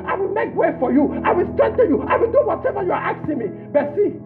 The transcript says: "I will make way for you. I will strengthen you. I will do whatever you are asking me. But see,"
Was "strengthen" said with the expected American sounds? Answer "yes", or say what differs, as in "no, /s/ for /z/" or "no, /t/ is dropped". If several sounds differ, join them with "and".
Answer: no, /ɹ/ is dropped